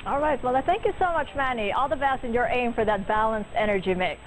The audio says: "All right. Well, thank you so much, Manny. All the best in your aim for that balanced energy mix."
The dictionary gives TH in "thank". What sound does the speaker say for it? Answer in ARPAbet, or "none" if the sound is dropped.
TH